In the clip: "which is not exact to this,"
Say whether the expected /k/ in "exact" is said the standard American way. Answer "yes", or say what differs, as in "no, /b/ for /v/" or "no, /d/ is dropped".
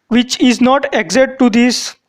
no, /k/ is dropped